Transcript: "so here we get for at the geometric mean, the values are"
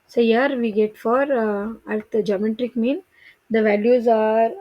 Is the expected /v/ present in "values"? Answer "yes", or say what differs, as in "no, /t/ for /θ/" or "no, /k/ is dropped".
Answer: yes